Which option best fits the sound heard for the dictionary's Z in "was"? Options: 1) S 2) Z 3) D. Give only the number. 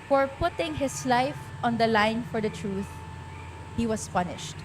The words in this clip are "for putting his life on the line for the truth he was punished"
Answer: 1